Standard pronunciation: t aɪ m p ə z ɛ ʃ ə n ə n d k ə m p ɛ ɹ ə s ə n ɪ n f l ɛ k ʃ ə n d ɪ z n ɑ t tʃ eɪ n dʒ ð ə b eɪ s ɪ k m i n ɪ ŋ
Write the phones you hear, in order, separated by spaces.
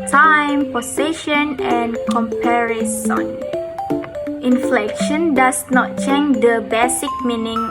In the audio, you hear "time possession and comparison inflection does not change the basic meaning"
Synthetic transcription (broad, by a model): t aɪ m p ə s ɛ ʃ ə n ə n k ə m p ɛ ɹ ə s ə n ɪ n f l ɛ k ʃ ə n d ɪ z n ɑ t tʃ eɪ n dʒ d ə b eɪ s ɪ k m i n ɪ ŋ